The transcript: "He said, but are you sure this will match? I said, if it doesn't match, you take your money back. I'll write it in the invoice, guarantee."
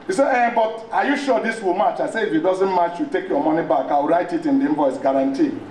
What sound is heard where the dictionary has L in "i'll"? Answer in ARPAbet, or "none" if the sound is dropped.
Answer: W